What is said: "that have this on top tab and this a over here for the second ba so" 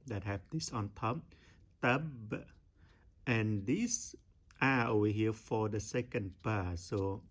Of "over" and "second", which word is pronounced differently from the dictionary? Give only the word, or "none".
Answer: over